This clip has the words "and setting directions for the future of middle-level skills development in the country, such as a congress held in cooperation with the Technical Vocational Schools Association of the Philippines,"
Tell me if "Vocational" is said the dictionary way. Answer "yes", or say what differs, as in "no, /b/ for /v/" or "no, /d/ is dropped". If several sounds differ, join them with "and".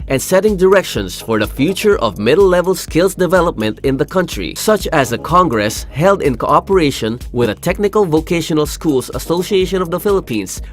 yes